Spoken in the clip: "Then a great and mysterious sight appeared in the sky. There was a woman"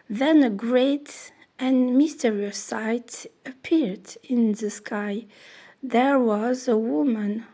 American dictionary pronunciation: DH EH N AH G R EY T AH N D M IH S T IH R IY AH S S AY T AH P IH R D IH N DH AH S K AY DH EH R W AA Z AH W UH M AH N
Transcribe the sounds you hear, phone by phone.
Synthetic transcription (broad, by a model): DH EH N AH G R EY T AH N M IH S T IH R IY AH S S AY T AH P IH R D IH N DH AH S K AY DH EH R W AA Z AH W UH M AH N